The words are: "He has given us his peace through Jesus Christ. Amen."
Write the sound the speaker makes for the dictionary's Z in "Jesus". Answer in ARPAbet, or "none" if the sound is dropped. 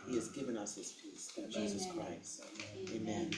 Z